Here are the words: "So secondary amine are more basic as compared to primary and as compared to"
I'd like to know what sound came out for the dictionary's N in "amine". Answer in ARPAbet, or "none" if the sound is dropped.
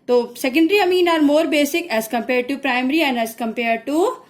N